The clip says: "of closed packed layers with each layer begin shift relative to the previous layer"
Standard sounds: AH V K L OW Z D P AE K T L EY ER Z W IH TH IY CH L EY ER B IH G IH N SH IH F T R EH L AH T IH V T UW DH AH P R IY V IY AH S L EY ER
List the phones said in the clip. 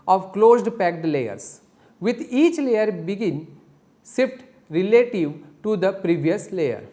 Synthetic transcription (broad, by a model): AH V K L OW Z D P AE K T L EY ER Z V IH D IY CH L EY ER B IH G IH N S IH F T R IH L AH T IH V T UW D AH P R IY V IY AH S L EY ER